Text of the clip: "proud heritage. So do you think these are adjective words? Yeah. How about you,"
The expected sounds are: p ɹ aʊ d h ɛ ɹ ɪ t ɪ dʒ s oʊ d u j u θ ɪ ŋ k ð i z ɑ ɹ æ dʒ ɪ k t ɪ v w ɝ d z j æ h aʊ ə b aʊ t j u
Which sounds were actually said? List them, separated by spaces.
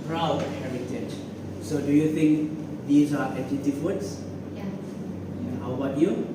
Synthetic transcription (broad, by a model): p ɹ aʊ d h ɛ ɹ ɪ t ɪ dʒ s oʊ d u j u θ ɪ ŋ k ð i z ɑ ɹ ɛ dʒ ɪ t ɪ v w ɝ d s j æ h aʊ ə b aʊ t j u